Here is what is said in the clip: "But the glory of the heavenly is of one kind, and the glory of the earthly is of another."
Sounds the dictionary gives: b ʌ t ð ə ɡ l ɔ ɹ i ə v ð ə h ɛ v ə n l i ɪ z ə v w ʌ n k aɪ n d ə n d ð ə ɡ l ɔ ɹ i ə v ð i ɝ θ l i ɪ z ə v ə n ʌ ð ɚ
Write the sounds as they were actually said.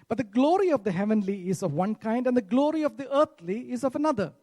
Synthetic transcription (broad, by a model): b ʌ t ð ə ɡ l ɔ ɹ i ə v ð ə h ɛ v ə n l i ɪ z ə v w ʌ n k aɪ n d ə n d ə ɡ l ɔ ɹ i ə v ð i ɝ t l i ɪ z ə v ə n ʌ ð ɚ